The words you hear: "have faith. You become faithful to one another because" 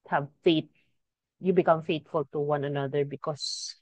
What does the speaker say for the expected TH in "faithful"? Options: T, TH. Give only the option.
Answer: T